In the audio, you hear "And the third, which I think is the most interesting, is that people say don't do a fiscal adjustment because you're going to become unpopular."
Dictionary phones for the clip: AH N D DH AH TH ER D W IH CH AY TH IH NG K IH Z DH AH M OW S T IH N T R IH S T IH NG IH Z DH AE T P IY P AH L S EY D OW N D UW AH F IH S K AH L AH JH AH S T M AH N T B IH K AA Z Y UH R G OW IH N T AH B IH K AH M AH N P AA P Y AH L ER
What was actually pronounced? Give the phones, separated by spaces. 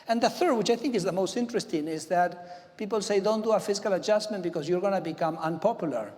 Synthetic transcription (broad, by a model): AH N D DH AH TH ER D W IH CH AY TH IH NG K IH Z DH AH M OW S T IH N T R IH S T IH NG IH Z DH AE T P IY P AH L S EY D OW N D UW AH F IH S K AH L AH JH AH S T M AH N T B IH K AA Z Y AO R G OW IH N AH B IH K AH M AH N P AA P Y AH L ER